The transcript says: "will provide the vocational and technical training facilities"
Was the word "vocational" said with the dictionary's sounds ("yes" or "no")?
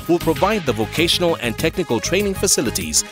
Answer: yes